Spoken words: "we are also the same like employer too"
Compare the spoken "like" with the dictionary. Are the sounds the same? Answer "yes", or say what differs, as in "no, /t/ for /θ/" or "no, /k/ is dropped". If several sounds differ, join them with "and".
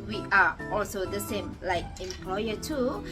yes